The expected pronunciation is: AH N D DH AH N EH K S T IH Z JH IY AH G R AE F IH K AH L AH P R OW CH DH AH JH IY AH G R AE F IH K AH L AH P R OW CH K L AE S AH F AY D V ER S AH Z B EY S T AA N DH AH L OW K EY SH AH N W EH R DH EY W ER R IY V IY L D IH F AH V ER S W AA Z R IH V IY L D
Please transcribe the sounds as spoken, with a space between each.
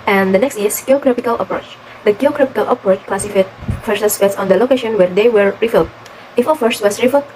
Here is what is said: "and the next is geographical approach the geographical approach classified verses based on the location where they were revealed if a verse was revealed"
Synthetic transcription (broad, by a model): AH N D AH N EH K S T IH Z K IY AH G R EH P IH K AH L AH P R OW CH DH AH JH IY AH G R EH P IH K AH L AH P R OW CH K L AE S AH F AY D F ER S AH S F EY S AA N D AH L OW K EY SH AH N W EH R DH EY W ER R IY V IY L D IH F AH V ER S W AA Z R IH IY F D